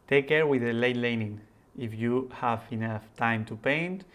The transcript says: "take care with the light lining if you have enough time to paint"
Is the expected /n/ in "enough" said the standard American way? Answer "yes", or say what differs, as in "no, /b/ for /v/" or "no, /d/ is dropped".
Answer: yes